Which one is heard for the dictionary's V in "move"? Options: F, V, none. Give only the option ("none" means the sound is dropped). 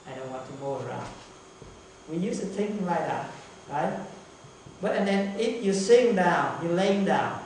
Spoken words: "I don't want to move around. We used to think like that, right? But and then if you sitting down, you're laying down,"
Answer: none